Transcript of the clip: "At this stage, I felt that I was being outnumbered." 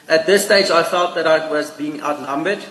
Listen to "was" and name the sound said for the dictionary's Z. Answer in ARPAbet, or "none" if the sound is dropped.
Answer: Z